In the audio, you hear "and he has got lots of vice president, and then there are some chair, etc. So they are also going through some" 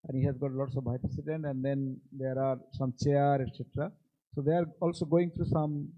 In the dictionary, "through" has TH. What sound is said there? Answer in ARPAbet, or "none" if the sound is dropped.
T